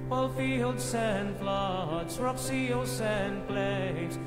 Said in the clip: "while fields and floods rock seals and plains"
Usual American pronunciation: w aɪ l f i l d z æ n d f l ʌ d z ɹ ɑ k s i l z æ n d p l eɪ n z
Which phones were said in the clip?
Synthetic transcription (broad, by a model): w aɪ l f i l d s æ n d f l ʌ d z ɹ ɑ k s i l s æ n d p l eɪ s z